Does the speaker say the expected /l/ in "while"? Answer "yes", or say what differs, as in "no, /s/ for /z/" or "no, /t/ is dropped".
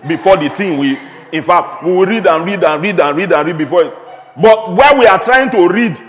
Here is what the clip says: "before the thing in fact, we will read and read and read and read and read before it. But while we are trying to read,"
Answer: no, /n/ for /l/